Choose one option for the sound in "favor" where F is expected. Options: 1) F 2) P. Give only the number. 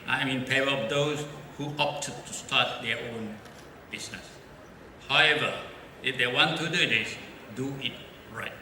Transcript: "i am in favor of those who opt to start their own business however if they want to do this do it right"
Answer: 2